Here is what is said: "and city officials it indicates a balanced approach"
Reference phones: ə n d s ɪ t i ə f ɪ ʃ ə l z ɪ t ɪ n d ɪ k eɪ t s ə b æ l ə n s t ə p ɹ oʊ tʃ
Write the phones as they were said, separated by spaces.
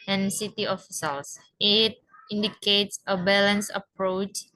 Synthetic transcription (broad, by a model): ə n s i t i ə f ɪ s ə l s ɪ t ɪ n d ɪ k eɪ t s ə b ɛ l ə n s ə p ɹ oʊ tʃ